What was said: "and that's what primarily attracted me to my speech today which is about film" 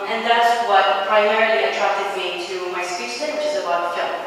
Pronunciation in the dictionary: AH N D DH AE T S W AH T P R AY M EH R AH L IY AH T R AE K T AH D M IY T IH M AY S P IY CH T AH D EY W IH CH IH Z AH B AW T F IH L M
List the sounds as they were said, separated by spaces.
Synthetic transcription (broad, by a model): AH N DH AE T S W AH T P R AY M EH R L IY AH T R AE K T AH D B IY T IH M AY S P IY S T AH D W IH CH IH Z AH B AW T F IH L